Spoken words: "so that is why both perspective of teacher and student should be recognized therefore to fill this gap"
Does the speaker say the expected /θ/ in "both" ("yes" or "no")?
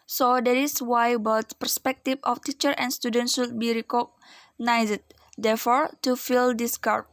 no